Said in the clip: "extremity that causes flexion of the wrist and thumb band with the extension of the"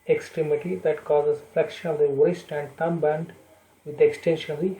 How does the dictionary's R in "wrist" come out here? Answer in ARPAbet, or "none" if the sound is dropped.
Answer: W